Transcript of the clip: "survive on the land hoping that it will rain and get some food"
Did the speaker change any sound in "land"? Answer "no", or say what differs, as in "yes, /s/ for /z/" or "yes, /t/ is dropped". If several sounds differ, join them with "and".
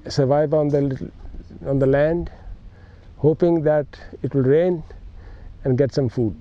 no